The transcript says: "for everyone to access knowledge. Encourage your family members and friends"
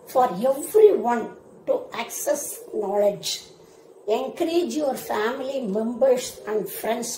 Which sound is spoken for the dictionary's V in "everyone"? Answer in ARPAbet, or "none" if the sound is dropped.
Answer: F